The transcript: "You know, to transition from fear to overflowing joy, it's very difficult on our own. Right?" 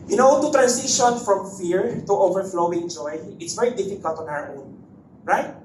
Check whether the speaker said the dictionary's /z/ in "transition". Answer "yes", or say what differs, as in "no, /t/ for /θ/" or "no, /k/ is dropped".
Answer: no, /s/ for /z/